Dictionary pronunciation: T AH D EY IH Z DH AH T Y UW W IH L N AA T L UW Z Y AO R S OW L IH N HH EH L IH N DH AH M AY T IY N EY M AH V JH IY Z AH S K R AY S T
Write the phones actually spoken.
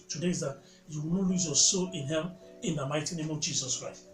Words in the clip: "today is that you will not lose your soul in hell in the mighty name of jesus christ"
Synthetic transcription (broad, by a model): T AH D EY IH Z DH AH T Y UW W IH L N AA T L UW Z Y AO S OW L IH N HH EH N IH N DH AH M AY T IY N EY M AH V JH IY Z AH S K R AY S T